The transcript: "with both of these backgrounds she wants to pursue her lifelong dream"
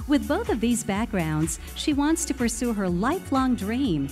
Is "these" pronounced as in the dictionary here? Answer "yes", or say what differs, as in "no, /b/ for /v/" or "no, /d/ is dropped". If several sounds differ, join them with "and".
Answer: yes